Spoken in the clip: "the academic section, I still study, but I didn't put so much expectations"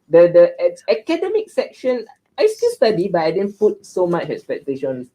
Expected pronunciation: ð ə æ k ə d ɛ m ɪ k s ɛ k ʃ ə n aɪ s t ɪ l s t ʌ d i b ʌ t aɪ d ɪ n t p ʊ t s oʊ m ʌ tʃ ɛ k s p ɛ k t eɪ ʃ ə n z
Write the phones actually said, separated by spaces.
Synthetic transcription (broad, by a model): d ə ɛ k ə d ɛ m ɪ k s ɛ k ʃ ə n aɪ s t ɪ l s t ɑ d i b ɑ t aɪ d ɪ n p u t s oʊ m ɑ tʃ ɛ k s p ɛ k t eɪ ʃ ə n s